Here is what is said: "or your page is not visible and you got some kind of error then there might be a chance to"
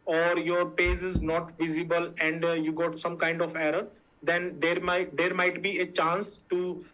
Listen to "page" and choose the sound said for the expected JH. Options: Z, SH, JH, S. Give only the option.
Z